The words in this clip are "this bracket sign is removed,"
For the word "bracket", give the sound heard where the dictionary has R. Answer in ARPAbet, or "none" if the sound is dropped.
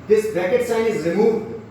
none